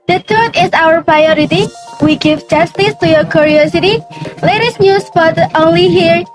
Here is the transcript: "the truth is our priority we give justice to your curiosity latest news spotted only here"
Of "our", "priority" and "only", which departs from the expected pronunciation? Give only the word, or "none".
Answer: none